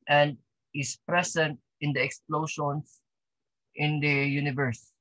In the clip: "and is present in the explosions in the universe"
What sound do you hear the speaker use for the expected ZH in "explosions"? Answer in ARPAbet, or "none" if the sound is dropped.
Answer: SH